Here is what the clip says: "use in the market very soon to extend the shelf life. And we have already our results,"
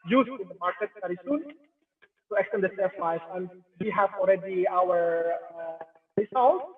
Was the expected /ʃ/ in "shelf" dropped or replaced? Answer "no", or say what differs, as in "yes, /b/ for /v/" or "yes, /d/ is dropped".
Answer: yes, /s/ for /ʃ/